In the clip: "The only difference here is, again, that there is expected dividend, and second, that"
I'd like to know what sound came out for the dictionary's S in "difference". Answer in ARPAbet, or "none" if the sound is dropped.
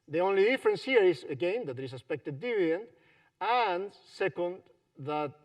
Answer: S